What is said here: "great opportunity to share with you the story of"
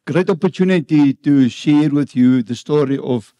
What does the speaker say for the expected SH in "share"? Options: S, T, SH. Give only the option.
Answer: SH